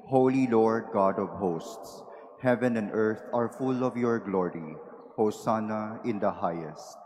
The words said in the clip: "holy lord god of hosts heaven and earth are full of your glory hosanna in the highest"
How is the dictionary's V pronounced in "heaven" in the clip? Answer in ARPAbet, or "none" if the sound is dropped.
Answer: V